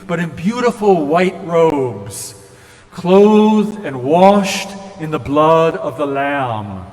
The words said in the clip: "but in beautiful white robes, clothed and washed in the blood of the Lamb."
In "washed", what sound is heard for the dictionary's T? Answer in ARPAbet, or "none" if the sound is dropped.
T